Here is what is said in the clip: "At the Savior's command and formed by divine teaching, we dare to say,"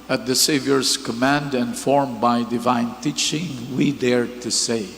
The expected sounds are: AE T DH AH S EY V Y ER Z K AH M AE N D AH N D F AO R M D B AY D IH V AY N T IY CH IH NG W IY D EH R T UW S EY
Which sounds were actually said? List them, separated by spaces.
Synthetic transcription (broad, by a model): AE T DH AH S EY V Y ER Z K AH M AE N D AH N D F AO R M B AY D IH V AY N T IY CH IH NG W IY D EH R T UW S EY